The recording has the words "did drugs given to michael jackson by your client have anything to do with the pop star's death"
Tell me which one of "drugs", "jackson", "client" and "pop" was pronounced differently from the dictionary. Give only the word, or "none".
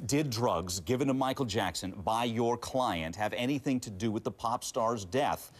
none